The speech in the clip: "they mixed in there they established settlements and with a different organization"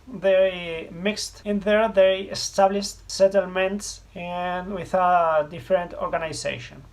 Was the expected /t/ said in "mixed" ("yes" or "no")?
yes